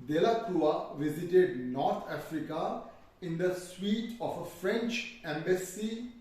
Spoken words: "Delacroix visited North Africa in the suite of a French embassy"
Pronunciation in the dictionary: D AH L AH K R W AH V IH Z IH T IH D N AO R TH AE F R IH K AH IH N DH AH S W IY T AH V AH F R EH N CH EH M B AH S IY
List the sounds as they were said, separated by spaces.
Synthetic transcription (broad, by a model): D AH L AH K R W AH V IH Z IH T IH D N AO R T AE F R IH K AH IH N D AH S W IY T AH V AH F R EH N CH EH M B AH S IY